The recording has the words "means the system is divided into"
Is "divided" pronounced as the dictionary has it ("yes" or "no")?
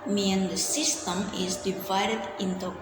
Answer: yes